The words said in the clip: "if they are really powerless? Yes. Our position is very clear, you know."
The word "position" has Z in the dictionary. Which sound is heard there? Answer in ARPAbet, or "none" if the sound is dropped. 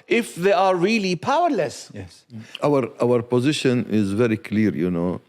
Z